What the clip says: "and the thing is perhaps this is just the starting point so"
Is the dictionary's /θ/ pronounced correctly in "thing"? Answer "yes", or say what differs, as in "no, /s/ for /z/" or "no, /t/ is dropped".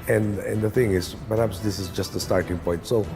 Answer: yes